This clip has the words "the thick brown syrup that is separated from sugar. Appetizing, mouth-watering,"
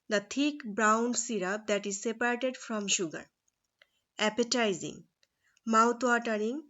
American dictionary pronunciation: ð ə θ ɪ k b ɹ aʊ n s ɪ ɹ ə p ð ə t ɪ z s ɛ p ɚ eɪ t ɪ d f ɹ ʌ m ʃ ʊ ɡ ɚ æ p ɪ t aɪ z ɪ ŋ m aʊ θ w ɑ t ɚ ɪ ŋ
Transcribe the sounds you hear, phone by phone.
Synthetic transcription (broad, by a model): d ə t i k b ɹ aʊ n s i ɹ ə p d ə t ɪ z s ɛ p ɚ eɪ t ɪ d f ɹ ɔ m ʃ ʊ ɡ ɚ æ p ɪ t aɪ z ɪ ŋ m aʊ t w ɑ t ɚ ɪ ŋ